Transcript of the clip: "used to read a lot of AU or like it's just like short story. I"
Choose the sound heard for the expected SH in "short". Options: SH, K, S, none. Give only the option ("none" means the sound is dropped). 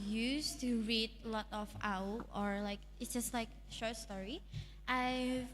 SH